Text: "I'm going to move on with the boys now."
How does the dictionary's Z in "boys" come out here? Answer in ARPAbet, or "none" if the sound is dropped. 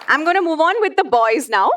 Z